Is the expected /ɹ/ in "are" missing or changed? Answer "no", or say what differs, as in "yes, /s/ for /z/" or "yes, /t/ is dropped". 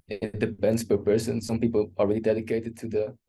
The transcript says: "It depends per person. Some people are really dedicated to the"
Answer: yes, /l/ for /ɹ/